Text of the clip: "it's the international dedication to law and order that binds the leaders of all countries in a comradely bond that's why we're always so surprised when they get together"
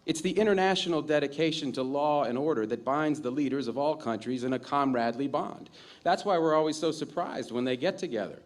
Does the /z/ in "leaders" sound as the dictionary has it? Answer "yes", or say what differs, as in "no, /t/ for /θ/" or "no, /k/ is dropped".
yes